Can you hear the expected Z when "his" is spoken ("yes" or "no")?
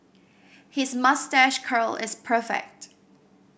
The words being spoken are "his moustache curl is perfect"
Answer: yes